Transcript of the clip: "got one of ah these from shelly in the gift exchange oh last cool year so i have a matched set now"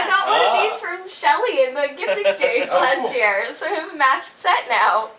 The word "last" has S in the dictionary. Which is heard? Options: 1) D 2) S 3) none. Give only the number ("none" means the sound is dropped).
2